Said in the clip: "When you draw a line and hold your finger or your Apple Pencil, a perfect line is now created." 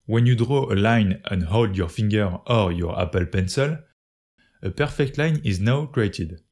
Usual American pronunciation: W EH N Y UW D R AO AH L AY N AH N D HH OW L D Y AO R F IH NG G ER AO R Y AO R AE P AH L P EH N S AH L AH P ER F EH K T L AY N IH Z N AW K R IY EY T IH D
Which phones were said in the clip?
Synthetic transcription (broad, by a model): W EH N Y UW D R AO AH L AY N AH N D HH OW L D Y AO R F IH NG G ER AO R Y AO R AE P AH L P EH N S AH L AH P ER F EH K T L AY N IH Z N AW K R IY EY T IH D